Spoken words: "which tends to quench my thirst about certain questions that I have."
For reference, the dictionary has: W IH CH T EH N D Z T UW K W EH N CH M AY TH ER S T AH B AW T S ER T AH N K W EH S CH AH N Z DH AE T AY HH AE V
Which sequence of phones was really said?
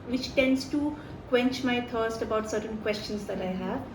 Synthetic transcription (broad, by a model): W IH CH T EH N D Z T UW K W EH N CH M AY T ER S T AH B AW T S ER T AH N K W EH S CH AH N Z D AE T AY HH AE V